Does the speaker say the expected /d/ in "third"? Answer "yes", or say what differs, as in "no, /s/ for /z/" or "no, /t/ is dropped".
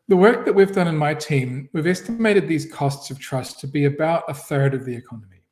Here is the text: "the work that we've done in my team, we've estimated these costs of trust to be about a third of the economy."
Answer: yes